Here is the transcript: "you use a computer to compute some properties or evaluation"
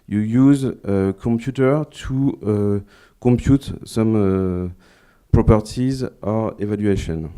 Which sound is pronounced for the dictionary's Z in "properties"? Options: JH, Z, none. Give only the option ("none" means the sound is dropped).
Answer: Z